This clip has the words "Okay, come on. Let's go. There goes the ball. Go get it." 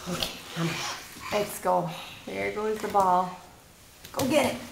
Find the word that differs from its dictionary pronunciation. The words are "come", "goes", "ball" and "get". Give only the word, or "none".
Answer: come